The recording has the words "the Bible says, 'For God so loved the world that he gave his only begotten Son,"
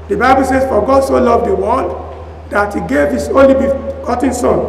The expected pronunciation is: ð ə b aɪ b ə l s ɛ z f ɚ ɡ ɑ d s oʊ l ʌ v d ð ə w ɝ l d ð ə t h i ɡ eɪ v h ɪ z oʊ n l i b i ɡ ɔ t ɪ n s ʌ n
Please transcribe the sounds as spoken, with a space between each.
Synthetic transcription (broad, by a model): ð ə b aɪ b ə l s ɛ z f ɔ ɡ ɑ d s oʊ l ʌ v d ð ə w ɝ n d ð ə t h i ɡ eɪ v h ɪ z oʊ n l i b i ɡ ɔ t ɪ n s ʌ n